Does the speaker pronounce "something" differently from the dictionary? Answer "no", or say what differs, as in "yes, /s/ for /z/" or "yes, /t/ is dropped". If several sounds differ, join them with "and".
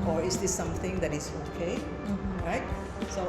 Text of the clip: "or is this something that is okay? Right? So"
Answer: yes, /t/ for /θ/